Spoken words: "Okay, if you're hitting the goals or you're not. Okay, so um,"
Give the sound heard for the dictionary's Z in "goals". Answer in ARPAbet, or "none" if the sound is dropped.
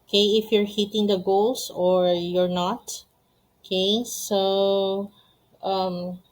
S